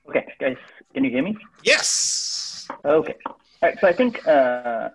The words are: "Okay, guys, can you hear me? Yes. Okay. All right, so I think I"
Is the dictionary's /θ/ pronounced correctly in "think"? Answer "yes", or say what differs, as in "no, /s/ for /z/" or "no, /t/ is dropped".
yes